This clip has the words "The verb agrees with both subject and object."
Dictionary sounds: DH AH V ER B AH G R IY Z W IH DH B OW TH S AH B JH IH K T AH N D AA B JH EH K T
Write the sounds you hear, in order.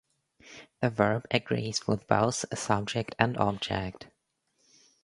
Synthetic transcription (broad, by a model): DH AH V ER B AH G R IY Z W IH DH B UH S S AH B JH IH K T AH N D AA B JH EH K T